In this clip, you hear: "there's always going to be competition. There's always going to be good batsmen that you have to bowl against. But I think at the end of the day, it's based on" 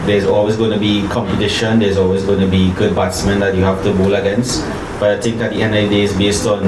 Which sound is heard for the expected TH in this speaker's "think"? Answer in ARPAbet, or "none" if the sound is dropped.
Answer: S